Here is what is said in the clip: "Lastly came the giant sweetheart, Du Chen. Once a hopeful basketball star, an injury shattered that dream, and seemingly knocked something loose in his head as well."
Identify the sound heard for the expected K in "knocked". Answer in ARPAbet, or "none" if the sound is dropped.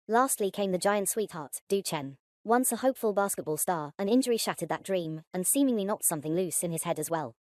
none